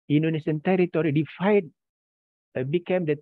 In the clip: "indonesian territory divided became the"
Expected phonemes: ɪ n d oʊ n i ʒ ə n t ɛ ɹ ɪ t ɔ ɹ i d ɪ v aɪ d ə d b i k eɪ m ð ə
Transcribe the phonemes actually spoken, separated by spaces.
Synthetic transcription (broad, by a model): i n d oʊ n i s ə n t ɛ ɹ ɪ t ɔ ɹ i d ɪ f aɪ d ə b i k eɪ m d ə